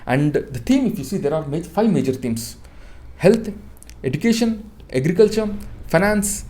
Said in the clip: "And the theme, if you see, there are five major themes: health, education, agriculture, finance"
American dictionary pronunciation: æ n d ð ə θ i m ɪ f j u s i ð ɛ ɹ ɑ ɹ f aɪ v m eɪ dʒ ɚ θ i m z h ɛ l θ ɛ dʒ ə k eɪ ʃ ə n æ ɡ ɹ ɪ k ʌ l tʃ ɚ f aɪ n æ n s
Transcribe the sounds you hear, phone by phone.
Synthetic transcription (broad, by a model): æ n d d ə t i m ɪ f j u s i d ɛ ɹ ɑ ɹ f aɪ v m eɪ dʒ ɚ t i m s h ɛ l t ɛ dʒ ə k eɪ ʃ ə n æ ɡ ɹ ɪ k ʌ l tʃ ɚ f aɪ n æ n s